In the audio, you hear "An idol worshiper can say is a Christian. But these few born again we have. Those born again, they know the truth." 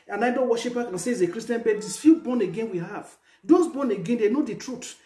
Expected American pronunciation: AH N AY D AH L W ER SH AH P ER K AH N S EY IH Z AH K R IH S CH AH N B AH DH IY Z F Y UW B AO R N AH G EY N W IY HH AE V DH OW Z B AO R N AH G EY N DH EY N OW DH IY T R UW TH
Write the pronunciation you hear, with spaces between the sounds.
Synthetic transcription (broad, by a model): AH N AY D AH N W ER SH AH P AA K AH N S EY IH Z AH K R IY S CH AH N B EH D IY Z F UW B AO N AH G EY N W IY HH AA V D OW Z B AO N AH G EY N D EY N OW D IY T R UW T